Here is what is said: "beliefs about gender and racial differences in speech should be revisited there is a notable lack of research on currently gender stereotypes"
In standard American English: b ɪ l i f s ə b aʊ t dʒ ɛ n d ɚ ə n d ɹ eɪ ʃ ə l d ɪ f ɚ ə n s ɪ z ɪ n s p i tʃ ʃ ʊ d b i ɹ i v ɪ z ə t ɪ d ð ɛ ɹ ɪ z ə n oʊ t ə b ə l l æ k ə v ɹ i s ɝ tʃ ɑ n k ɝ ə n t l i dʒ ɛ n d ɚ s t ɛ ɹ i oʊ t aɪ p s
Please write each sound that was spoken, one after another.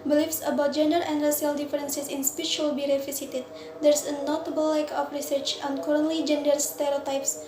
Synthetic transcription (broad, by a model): b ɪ l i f s ə b aʊ t dʒ ɛ n d ɚ ə n d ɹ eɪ s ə l d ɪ f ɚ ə n s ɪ s ɪ n s p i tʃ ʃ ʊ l b i ɹ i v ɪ s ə t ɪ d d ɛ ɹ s ə n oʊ t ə b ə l l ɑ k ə f ɹ i s ɝ tʃ ɑ n k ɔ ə n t l i dʒ ɛ n d ɚ s t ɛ ɹ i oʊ t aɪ p s